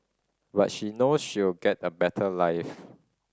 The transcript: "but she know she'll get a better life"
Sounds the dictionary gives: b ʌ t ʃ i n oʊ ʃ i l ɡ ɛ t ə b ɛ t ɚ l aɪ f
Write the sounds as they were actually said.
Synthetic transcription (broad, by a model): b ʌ t ʃ i n oʊ ʃ i w ɡ ɛ t ə b ɛ t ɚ l aɪ f